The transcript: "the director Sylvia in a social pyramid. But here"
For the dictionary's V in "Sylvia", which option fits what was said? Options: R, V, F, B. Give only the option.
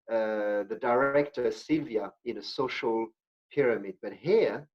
V